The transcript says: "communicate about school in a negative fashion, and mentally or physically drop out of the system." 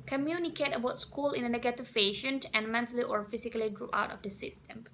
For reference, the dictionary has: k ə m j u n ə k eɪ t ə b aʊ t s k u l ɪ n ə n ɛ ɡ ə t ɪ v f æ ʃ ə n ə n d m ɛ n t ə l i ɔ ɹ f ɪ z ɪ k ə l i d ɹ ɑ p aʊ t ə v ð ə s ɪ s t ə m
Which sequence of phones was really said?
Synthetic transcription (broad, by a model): k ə m j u n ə k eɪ t ə b aʊ t s k u l ɪ n ə n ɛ ɡ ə t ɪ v p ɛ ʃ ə n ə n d m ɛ n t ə l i ɔ ɹ f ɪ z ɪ k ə l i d ɹ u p aʊ t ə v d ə s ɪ s t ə m